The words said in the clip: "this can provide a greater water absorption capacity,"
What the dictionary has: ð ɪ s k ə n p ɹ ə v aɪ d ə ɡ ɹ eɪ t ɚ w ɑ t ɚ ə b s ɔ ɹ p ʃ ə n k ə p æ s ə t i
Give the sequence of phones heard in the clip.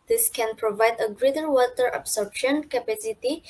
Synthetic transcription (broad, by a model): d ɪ s k ə n p ɹ ə v aɪ d ə ɡ ɹ eɪ t ɚ w ɑ t ɚ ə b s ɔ ɹ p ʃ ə n k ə p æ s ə t i